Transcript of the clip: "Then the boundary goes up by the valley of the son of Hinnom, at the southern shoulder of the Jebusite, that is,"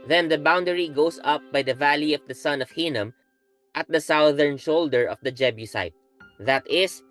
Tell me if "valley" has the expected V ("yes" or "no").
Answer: yes